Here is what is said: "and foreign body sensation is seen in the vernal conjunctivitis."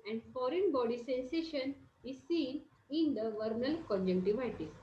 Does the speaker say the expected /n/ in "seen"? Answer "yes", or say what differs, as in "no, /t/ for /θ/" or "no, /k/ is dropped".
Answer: yes